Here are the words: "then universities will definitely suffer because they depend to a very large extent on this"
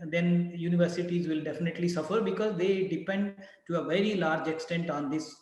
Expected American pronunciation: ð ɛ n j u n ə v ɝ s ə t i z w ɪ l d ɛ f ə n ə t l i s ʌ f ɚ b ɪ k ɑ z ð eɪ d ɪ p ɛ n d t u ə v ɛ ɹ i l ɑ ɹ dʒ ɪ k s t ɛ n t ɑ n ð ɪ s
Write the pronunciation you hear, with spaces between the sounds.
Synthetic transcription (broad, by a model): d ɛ n j u n ə v ɝ s ə t i z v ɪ l d ɛ f ə n ə t l i s ʌ f ɚ b ɪ k ɑ z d eɪ d ɪ p ɛ n d t u ə v ɛ ɹ i l ɑ ɹ dʒ ɪ k s t ɛ n t ɑ n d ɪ s